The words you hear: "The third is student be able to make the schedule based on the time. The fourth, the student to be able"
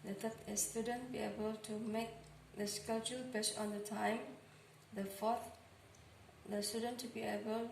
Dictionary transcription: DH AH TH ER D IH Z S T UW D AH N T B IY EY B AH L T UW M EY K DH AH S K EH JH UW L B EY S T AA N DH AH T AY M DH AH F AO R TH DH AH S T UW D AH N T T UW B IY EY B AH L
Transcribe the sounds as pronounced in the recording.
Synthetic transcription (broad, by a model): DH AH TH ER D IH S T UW D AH N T B IY EY B AH L T UW M EY K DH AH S K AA CH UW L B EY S AA N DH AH T AY M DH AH F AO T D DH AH S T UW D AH N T T UW B IY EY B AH L